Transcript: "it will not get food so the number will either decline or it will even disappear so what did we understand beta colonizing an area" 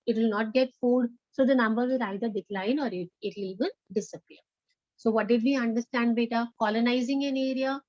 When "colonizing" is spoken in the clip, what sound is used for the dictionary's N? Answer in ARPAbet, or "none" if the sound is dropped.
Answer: N